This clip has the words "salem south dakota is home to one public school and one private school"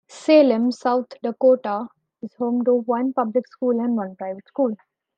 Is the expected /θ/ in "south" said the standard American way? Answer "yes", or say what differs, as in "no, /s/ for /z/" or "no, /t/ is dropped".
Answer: no, /t/ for /θ/